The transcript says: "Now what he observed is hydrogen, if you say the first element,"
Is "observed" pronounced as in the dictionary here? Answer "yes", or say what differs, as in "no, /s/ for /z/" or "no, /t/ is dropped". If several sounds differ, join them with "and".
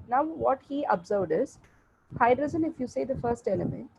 yes